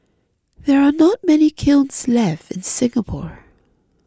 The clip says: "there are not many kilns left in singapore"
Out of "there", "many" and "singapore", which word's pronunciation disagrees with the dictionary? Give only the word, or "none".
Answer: none